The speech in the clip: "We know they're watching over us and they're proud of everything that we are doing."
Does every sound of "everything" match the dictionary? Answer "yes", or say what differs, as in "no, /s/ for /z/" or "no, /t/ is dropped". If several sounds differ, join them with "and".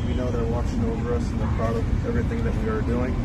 yes